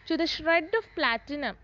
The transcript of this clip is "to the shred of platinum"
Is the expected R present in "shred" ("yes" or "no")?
yes